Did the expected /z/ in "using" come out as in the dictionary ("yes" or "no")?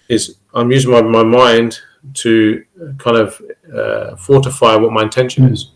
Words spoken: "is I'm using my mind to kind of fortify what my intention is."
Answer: yes